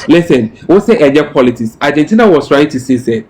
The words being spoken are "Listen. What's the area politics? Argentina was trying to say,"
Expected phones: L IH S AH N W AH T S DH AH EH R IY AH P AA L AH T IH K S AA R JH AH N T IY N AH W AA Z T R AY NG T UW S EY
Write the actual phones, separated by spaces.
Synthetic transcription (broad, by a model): L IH S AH N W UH S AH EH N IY P AA L AH T IH K S AA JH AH N T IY N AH W AA S T R AY NG T UW S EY